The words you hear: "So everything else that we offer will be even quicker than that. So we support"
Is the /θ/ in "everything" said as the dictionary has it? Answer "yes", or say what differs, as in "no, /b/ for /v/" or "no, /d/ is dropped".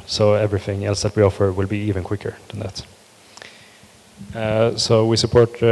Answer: yes